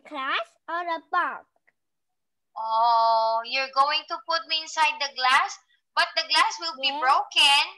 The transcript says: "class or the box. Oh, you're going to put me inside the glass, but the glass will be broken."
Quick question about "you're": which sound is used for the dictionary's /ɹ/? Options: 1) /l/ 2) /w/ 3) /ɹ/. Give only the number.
3